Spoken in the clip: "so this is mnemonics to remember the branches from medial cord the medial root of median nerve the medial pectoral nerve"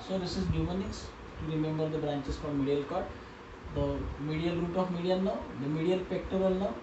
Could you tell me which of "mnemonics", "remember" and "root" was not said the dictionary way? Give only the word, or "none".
mnemonics